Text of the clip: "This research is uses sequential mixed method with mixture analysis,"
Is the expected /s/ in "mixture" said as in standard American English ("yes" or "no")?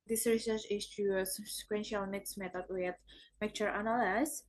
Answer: no